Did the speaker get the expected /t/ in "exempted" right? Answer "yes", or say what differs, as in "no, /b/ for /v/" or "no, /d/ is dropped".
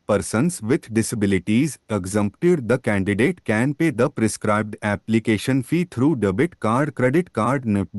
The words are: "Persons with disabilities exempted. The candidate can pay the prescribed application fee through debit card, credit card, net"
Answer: yes